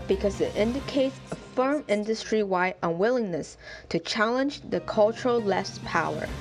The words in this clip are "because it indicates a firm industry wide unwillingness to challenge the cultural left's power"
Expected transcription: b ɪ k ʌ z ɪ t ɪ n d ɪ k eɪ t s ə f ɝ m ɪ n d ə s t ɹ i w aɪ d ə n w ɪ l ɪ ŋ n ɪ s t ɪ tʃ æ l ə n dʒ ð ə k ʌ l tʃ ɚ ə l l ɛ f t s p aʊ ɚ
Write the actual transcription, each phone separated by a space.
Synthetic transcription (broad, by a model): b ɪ k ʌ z ɪ t ɪ n d ɪ k eɪ t s ə f ɝ m ɪ n d ə s t ɹ i w aɪ d ə n w ɪ l ɪ ŋ n ɪ s t ɪ tʃ æ l ə n dʒ ð ə k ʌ l tʃ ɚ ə l l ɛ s p aʊ ɚ